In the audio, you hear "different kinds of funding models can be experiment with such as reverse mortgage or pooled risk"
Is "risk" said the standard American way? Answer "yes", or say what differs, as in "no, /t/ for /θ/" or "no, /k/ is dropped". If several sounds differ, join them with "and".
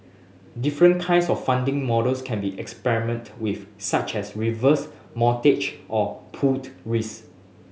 no, /k/ is dropped